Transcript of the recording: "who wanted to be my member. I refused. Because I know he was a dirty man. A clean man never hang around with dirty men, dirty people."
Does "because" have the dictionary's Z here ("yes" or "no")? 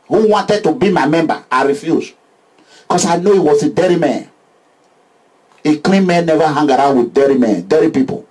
no